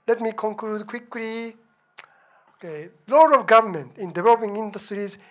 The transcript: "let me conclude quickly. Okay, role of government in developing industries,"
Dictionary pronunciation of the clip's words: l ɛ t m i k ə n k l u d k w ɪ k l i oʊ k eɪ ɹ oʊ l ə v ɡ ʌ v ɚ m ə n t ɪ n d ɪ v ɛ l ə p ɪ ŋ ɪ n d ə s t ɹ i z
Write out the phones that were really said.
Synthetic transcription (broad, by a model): l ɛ t m i k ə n k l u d k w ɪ k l i oʊ k eɪ l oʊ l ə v ɡ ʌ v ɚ m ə n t ɪ n d ɪ v ɛ l ə p ɪ ŋ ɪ n d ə s t ɹ i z